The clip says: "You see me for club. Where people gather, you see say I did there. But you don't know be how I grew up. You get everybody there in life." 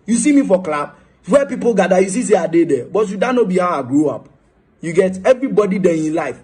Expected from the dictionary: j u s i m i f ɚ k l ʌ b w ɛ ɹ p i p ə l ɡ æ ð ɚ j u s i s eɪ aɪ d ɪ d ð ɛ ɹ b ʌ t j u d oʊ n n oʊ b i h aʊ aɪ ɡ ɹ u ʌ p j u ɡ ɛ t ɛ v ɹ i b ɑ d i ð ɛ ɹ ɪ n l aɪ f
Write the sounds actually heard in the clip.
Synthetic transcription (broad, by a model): j u s i m i f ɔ k l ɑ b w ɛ p i p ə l ɡ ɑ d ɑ j u s i s eɪ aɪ d ɪ d ɛ b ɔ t j u d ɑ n n oʊ b i h aʊ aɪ ɡ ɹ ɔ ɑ p j u ɡ ɛ t ɛ v ɹ i b ɑ d i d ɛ ɪ n l aɪ f